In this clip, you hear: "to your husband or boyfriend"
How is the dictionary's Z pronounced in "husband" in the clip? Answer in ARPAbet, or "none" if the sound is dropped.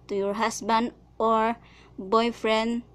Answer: S